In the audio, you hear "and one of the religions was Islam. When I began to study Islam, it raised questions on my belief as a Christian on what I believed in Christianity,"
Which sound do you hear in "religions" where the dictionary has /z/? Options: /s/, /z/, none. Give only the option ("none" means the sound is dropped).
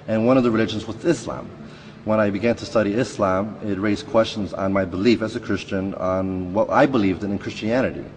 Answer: /z/